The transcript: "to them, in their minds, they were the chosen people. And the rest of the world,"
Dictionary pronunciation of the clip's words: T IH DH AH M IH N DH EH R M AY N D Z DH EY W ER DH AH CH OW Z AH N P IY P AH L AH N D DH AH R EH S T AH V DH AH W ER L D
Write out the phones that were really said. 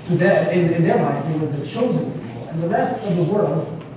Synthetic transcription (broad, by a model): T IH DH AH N IH N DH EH R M AY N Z DH EY W ER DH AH CH OW Z AH N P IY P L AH N DH AH R EH S T AH V DH AH W ER L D